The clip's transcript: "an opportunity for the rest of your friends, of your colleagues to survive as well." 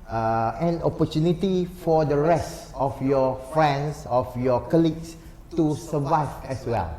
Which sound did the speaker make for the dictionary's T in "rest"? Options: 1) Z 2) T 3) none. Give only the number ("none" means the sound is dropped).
2